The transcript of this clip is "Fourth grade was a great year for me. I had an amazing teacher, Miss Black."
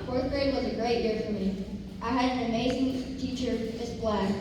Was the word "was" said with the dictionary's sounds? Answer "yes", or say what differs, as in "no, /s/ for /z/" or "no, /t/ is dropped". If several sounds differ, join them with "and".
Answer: yes